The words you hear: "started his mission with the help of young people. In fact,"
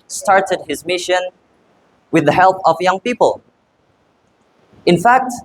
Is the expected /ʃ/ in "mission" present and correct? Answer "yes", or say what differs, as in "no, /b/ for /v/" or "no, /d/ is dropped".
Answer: yes